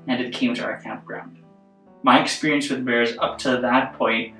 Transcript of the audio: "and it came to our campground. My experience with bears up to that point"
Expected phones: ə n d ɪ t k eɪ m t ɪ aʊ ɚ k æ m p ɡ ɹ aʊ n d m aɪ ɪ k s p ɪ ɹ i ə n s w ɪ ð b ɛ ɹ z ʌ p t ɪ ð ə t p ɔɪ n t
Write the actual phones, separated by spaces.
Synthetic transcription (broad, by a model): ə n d ɪ t k eɪ m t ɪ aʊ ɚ k æ m p ɡ ɹ aʊ n d m aɪ ɪ k s p ɪ ɹ i ə n s w ɪ ð b ɛ ɹ z ʌ p t ɪ ð ə t p ɔɪ n t